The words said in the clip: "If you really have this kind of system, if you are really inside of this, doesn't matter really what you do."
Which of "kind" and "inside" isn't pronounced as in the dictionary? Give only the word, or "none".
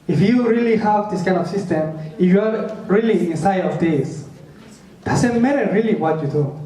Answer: none